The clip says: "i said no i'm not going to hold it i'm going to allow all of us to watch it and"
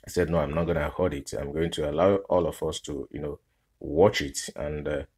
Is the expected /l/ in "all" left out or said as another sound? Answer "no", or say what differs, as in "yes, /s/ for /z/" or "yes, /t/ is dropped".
no